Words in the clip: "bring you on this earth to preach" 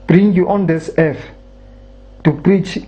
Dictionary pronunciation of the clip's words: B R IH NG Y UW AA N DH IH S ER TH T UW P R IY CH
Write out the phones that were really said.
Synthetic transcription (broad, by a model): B R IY NG Y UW AA N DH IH S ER F T UW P R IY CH